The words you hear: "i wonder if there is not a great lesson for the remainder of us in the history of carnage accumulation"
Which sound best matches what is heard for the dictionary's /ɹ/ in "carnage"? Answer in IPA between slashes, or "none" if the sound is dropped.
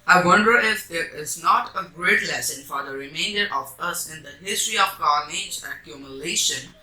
/l/